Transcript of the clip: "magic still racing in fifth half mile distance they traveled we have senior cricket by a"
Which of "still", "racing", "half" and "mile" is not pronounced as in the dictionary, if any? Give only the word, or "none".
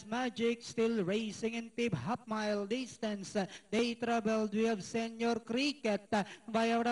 half